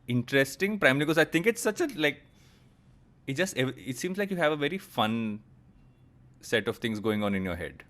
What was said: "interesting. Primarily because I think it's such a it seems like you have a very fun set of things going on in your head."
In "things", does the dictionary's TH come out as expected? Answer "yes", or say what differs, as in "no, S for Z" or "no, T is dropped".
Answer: no, T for TH